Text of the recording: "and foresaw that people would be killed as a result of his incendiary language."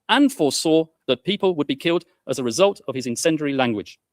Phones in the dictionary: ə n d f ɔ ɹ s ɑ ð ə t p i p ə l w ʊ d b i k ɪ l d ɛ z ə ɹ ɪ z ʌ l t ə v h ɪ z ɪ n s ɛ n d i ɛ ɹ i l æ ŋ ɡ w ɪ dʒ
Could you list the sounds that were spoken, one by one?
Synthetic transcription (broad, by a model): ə n f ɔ s ɑ ð ə t p i p ə l w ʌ d b i k ɪ l d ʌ z ə ɹ ɪ z ʌ l t ə v ɪ z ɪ n s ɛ n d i ɹ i l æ ŋ ɡ w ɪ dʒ